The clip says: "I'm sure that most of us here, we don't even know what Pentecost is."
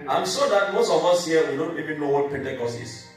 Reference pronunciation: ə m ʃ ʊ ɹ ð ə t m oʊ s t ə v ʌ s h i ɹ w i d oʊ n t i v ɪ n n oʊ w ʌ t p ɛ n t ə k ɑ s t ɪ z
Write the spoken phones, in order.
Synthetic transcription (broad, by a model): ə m s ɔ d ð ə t m oʊ s t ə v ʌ s h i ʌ w i d oʊ n t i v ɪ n n oʊ w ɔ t p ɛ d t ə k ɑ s ɪ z